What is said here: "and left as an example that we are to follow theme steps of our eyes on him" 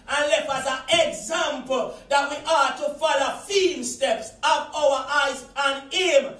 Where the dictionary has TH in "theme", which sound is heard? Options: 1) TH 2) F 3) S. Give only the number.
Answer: 2